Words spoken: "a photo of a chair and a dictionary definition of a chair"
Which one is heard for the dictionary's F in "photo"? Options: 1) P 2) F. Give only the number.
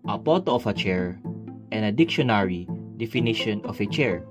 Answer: 1